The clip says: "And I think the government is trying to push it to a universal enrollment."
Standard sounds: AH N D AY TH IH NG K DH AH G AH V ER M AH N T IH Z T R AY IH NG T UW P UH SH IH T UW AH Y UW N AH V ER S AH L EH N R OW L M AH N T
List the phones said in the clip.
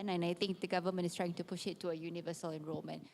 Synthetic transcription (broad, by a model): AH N AY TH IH NG K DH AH G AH V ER M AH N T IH S T R AY IH NG T UW P UH SH IH T UW AH Y UW N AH V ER S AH L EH N R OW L M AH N